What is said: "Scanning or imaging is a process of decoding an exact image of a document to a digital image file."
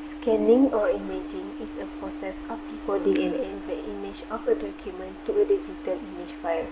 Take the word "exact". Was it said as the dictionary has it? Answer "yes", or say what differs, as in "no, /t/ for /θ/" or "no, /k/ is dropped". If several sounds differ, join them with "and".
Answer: no, /k/ is dropped